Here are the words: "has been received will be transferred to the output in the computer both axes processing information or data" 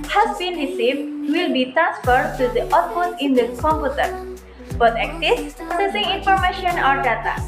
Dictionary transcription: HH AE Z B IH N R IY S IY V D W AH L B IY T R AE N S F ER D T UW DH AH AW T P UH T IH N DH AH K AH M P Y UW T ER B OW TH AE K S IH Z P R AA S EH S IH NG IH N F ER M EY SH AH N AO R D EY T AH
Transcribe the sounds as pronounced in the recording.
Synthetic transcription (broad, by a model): HH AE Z B IH N R IY S IY V D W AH L B IY T R AE N S F ER D T UW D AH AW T F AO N IH N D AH K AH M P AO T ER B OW T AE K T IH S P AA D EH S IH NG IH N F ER M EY SH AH N AO R D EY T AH